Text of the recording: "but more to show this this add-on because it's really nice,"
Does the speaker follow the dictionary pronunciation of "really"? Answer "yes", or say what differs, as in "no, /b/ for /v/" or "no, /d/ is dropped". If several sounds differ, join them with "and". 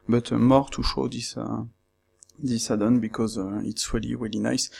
yes